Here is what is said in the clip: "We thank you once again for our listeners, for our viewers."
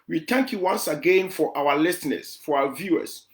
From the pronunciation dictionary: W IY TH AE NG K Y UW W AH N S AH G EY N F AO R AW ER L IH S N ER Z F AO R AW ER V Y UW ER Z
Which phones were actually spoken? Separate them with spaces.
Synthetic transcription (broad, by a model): W IY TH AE NG K Y UW W AH N S AH G EY N F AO R AW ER L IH S N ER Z F AO R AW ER V Y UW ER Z